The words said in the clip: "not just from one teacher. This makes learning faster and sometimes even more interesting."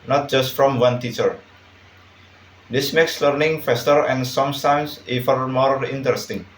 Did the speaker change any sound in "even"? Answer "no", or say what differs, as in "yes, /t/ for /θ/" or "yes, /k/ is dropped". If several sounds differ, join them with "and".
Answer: yes, /f/ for /v/